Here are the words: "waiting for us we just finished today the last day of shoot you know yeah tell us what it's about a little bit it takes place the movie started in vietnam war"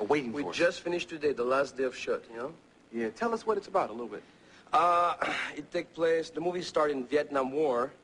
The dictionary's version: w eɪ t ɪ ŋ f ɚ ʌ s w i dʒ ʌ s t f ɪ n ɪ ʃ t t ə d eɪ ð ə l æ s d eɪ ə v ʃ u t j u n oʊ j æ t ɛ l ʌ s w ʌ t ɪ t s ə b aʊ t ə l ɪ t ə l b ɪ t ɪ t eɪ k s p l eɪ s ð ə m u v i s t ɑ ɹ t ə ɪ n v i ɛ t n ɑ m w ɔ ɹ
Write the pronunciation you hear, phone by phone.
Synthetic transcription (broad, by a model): w eɪ t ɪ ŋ w i dʒ ʌ s t f ɪ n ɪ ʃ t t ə d eɪ ð ə l æ s d eɪ ə v ʃ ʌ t j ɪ n oʊ j æ t ɛ l ʌ s w ʌ t ɪ t s ə b aʊ t ə l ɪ t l b ɪ t ɪ t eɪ k p l eɪ s ð ə m u v i s t ɑ ɹ t ɪ n v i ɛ t n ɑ m w ɔ ɹ